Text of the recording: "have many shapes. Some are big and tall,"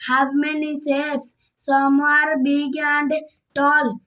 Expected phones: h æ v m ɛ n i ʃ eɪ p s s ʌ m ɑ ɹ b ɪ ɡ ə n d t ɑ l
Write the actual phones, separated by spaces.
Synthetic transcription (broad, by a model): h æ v m ɛ n i s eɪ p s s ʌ m ɑ ɹ b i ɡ ə n d t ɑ l